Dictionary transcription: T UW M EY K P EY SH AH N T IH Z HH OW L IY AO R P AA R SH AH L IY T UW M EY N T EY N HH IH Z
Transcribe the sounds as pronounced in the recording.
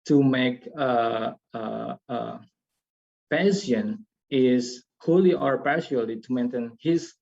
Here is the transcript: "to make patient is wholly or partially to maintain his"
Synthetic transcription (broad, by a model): T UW M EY K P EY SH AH N IH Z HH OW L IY AO R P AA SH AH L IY T UW M EY N T EY N HH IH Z